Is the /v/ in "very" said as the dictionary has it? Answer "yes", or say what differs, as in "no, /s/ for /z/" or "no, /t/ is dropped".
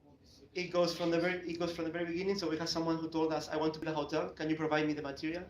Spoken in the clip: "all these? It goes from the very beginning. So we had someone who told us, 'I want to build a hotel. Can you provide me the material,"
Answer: yes